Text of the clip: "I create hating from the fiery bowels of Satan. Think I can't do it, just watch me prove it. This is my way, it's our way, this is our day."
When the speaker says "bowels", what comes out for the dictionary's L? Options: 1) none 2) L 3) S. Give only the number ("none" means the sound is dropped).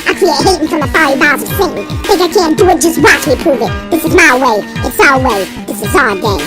1